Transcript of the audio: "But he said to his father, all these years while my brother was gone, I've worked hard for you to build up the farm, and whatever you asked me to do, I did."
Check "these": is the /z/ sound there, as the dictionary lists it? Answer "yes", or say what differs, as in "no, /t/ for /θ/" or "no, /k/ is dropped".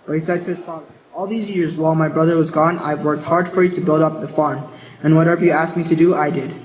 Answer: yes